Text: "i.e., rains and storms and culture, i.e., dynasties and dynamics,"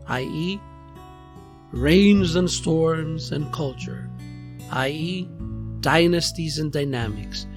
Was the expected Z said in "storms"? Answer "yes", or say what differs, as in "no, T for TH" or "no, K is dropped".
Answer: yes